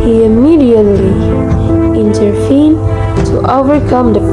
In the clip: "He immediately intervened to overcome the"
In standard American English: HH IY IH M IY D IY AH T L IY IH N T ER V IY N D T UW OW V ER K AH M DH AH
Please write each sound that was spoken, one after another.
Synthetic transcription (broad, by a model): HH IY IH M IY D IY AH T L IY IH N T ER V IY N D T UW OW V ER K AH M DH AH